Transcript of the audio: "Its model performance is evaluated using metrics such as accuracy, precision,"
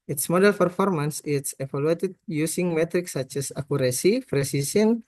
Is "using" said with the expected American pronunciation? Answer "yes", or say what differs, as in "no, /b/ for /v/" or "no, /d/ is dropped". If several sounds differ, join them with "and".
no, /s/ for /z/